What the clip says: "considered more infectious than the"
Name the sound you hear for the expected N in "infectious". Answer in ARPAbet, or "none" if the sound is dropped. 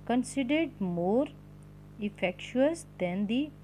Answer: none